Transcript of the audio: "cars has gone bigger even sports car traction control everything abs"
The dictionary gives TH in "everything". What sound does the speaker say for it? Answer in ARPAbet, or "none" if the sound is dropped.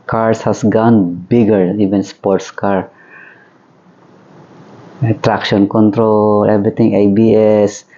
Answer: T